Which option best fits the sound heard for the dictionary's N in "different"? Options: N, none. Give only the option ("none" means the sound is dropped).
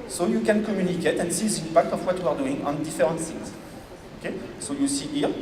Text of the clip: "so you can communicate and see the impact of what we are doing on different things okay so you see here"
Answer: none